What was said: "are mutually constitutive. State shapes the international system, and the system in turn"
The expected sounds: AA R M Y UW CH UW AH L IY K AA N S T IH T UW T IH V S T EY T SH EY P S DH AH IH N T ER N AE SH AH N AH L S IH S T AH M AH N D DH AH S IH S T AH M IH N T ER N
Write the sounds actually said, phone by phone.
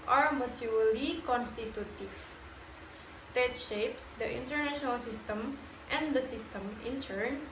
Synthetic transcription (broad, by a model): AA R M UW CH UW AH L IY K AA N S T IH T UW T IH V S T EY T SH EY P S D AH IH N T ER N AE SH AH N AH L S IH S T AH M AH N D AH S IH S T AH M IH N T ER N